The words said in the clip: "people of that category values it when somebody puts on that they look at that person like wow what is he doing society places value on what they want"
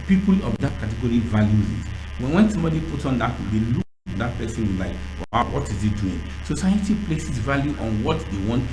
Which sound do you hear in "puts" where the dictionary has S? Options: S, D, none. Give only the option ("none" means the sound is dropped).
none